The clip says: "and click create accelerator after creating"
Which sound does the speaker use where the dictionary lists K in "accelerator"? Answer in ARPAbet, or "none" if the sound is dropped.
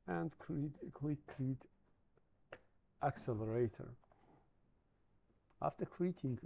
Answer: K